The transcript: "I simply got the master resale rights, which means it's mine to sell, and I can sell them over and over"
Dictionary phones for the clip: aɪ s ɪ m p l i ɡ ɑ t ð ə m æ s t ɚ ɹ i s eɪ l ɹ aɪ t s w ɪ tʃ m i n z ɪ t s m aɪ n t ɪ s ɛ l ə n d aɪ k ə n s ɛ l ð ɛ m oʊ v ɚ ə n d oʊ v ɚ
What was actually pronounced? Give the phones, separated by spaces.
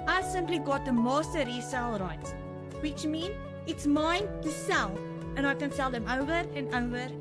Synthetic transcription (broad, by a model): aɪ s ɪ m p l i ɡ ɑ t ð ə m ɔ s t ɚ ɹ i s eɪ l ɹ aɪ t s w ɪ tʃ m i n ɪ t s m aɪ n t ɪ s ɛ l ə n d aɪ k ə n s ɛ l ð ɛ m oʊ v ɚ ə n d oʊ v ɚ